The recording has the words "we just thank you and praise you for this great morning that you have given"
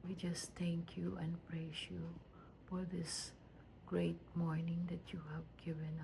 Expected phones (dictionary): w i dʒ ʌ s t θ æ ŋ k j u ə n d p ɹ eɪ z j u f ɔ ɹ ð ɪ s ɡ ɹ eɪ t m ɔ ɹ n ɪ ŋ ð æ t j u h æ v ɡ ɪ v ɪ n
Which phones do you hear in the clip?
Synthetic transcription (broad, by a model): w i dʒ ʌ s t t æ ŋ k j u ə n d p ɹ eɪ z j u f ɔ ɹ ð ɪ s ɡ ɹ eɪ t m ɔ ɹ n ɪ ŋ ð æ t j u h æ v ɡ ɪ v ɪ n